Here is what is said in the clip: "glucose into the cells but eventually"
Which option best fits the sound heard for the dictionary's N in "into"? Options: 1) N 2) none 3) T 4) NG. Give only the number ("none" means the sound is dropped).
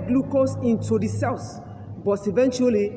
1